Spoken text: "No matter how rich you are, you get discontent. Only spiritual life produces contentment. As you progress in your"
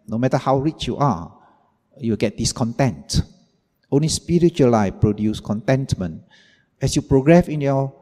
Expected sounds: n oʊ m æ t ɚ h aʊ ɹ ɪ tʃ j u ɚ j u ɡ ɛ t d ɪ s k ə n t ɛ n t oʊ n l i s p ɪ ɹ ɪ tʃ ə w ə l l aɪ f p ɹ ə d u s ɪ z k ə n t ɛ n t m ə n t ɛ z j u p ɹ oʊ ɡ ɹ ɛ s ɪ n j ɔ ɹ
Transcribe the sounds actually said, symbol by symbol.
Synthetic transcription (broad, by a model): n oʊ m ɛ t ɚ h aʊ ɹ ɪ tʃ j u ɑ j u ɡ ɛ t d ɪ s k ə n t ɛ n t oʊ n l i s p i ɹ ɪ tʃ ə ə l l aɪ f p ɹ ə d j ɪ s k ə n t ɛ n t m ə n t ɛ s j u p ɹ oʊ ɡ ɹ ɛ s ɪ n j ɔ